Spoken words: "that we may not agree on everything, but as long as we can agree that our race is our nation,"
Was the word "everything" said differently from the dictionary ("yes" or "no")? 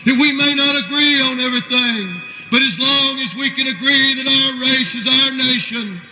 no